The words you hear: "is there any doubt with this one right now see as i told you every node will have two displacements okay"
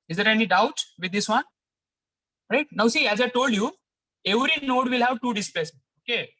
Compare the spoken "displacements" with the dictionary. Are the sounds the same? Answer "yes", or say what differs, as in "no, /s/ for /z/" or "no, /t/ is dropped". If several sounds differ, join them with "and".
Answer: no, /l/ is dropped and /m/ is dropped